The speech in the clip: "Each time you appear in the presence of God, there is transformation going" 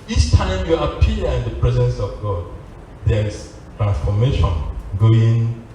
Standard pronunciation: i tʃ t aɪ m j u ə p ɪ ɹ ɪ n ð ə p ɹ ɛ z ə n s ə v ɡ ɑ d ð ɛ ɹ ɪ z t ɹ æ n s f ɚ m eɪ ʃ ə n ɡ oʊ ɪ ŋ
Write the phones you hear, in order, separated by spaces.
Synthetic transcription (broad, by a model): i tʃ t aɪ m j u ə p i l ɪ n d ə p ɹ ɛ z ə n s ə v ɡ ɑ d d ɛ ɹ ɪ s t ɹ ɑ n s f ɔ m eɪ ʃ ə n ɡ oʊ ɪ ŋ